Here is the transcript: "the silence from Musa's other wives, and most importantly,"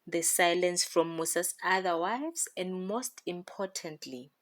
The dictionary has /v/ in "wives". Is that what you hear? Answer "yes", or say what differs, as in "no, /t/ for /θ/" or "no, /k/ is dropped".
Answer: no, /v/ is dropped